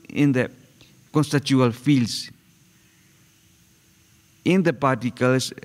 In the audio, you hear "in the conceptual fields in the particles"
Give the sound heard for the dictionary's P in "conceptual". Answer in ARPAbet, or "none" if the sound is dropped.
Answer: none